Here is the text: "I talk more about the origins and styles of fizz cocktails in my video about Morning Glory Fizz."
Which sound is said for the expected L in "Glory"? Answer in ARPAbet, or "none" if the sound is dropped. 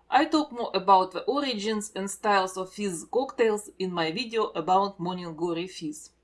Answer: none